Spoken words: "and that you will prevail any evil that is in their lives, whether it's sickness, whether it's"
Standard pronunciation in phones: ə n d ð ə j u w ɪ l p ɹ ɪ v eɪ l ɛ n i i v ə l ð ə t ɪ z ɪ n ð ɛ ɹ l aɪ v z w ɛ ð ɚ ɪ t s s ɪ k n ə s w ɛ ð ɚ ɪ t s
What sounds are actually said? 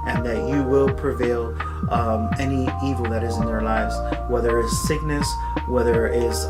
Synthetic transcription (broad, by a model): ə n ð ə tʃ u w ɪ l p ɹ ɪ v eɪ l ɛ n i i v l ð ə t ɪ z ɪ n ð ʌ ɹ l aɪ v z w ɛ ð ɚ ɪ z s s ɪ k n ə s w ɛ ð ɚ ɪ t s